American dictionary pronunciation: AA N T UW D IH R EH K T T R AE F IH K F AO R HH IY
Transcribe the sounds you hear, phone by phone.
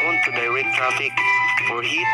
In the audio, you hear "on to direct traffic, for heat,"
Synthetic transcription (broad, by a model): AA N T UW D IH W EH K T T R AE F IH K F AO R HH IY